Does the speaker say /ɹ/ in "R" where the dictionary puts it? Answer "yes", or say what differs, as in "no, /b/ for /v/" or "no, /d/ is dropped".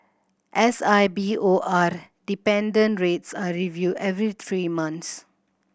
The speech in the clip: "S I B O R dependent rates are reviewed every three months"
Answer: yes